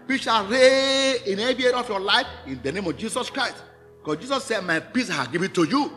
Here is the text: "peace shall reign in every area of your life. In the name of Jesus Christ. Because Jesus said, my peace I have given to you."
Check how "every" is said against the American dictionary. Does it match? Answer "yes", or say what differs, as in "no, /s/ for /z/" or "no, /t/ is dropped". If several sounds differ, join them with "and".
no, /ɹ/ is dropped